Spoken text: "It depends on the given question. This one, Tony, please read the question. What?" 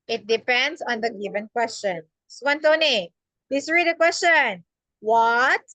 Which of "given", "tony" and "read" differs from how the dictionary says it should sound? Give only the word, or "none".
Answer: none